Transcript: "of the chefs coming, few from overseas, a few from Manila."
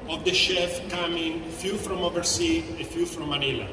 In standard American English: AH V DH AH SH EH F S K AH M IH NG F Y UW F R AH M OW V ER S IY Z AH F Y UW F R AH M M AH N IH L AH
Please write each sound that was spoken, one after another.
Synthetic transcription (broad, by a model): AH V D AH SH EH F K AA M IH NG F Y UW F R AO M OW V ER S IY AH F Y UW F R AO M M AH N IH L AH